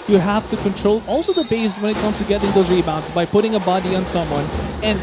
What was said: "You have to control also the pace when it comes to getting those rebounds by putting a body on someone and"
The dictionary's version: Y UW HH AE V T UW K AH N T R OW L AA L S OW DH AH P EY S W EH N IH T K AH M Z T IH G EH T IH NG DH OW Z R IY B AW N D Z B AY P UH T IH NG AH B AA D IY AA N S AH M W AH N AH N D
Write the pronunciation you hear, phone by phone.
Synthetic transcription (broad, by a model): Y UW HH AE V T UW K AH N T R OW L AA L S OW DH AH B EY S W EH N IH T K AH M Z T IH G EH T IH NG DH OW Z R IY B AW N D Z B AY P UH T IH NG AH B AA D IY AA N S AH M W AH N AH N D